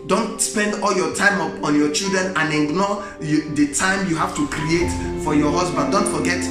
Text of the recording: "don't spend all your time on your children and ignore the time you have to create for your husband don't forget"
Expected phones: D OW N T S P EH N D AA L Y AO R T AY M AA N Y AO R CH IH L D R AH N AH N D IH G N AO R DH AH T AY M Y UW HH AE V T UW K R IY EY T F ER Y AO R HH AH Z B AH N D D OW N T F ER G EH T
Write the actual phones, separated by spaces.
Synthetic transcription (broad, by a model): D OW N T S P EH N D AA L Y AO T AY M AA N Y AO CH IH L D R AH N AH N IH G N AO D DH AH T AY M Y UW HH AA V T UW K R IY EY T F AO Y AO HH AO S B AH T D D OW N T F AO G EH T